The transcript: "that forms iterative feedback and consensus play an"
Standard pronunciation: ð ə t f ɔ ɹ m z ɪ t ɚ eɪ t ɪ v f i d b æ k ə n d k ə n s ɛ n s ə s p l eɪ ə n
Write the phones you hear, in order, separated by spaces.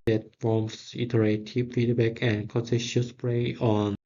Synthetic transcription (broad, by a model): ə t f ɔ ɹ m s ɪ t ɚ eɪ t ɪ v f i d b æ k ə n k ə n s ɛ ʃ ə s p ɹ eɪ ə n